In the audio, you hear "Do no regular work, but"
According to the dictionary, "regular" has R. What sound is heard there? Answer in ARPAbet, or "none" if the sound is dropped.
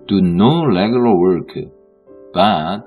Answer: L